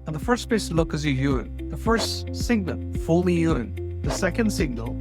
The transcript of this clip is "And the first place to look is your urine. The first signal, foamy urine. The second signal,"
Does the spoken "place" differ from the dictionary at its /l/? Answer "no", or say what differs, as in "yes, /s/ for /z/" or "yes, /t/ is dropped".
yes, /l/ is dropped